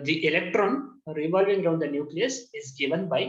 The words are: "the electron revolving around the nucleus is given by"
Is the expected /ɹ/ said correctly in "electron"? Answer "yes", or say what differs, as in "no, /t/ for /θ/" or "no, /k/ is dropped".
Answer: yes